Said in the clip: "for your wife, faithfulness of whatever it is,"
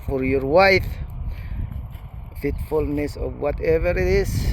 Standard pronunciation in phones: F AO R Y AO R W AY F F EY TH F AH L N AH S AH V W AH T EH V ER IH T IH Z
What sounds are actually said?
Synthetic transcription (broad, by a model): F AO R Y AO R W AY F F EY T F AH L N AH S AH V W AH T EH V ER IH T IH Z